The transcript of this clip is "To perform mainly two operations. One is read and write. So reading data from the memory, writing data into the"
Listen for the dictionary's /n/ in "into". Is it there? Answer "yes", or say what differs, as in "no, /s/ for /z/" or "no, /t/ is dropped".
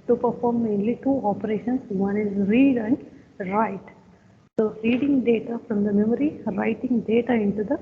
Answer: yes